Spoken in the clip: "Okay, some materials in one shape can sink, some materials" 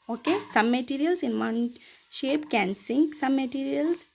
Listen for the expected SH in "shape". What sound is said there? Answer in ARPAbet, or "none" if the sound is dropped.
SH